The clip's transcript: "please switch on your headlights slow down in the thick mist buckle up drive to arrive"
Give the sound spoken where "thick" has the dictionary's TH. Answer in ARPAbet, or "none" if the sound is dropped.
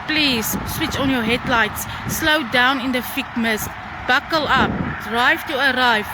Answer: F